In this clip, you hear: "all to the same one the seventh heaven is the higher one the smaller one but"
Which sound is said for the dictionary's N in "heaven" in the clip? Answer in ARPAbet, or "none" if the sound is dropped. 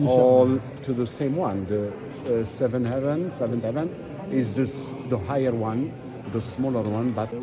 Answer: N